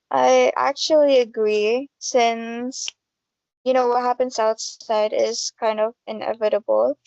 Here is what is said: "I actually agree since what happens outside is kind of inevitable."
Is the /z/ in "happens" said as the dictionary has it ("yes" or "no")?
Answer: no